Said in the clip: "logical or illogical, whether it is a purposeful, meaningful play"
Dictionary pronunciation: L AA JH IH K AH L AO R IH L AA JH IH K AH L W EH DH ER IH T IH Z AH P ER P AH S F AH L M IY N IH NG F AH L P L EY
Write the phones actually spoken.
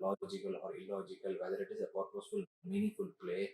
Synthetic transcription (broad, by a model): L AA JH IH K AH L AO R IH L AA JH IH K AH L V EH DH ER IH T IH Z AH P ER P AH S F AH L M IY N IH F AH L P L EY